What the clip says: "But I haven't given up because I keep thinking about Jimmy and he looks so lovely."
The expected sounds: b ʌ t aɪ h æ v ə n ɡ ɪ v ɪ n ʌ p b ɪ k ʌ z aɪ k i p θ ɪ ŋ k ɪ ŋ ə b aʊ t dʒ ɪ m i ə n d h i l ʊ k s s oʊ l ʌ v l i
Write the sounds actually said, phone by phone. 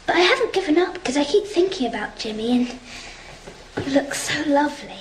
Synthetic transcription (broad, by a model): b ʌ t aɪ h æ v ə n ɡ ɪ v ɪ n ʌ p k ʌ z aɪ k i p θ ɪ ŋ k ɪ ŋ ə b aʊ t dʒ ɪ m i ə n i l ʊ k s s oʊ l ʌ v l i